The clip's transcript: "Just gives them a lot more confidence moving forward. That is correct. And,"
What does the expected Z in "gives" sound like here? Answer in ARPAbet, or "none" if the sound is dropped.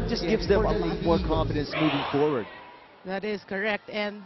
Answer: Z